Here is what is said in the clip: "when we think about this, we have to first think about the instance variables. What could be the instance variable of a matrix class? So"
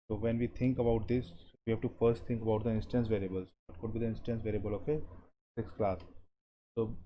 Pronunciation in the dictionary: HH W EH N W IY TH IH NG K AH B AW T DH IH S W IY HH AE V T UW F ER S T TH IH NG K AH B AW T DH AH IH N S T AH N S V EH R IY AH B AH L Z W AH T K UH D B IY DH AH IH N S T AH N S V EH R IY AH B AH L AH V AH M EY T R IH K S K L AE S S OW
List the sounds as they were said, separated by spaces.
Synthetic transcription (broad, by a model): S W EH N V IY T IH NG K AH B AW T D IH S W IY HH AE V T UW F ER S T T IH NG K AH B AW T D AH IH N S T AH N S V EH R IY AH B AH L Z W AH T K UH D B IY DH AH IH N S T AH N S V EH R IY AH B AH L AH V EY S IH K S K L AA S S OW